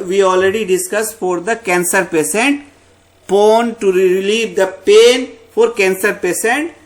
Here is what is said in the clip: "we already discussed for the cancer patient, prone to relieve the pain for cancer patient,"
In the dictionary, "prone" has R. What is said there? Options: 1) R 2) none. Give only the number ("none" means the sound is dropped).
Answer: 2